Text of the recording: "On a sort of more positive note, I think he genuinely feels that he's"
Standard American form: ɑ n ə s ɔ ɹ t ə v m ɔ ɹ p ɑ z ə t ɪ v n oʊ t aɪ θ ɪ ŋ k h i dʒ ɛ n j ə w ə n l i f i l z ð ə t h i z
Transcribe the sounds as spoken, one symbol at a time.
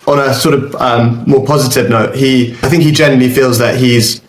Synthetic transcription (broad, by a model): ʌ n ə s ɔ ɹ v ə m m ɔ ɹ p ɑ z ə t ɪ v n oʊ t aɪ θ ɪ ŋ k h i dʒ ɛ n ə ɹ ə l i f i l z ð ə t h i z